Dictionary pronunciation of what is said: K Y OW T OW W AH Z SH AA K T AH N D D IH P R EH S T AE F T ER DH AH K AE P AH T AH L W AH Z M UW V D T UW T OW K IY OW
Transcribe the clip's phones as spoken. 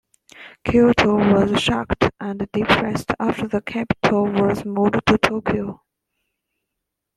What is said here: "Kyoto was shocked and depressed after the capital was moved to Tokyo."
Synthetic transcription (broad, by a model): K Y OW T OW W AH Z SH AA K T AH N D D IH P R EH S T AE F T ER DH AH K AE P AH T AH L W AH Z M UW D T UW T OW K IY OW